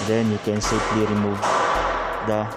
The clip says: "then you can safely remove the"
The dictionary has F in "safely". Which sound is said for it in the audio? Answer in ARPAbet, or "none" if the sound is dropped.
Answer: P